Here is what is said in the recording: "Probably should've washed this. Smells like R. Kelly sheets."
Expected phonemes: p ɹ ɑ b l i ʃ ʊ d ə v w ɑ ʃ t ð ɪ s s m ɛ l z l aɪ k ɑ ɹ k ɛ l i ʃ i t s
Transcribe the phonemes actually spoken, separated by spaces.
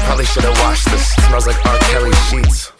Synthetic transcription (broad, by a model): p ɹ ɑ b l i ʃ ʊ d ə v w ɑ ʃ ð ɪ s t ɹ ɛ z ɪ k ɑ ɹ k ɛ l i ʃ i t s